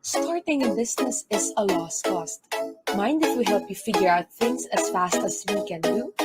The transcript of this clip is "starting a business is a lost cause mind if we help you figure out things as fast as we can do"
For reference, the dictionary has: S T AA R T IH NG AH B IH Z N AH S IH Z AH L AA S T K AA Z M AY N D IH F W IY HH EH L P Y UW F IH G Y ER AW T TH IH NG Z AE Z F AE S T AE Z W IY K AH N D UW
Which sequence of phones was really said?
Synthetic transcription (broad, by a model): S T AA R T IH NG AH B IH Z N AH S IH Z AH L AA S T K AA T M AY N D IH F W IY HH EH L P Y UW F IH G Y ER AW T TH IH NG S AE S F AE S T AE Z W IY K AH N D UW